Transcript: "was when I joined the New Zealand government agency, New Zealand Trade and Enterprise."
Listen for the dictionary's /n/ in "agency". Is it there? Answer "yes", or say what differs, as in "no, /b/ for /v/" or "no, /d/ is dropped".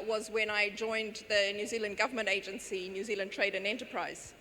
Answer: yes